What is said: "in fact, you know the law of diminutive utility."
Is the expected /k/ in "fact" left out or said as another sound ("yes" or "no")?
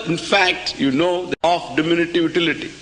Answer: no